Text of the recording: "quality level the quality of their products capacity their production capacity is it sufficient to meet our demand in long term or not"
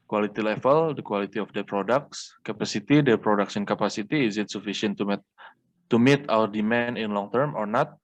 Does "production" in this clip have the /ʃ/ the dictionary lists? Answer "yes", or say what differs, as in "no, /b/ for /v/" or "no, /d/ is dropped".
no, /s/ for /ʃ/